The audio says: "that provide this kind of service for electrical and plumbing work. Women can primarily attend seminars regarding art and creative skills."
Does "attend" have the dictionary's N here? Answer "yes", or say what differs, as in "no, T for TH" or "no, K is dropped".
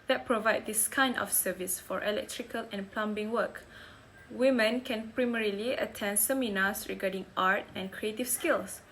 yes